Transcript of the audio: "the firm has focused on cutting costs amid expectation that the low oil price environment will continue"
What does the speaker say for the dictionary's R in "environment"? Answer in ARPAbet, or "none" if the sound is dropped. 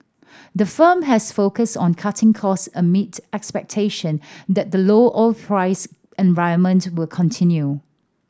none